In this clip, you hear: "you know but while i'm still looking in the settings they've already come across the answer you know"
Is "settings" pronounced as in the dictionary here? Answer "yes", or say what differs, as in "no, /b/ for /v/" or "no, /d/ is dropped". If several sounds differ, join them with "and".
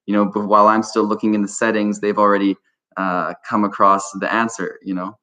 yes